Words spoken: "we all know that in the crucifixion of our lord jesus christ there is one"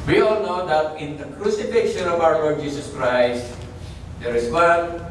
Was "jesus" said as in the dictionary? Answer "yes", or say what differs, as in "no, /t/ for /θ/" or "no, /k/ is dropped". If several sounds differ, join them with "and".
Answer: no, /s/ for /z/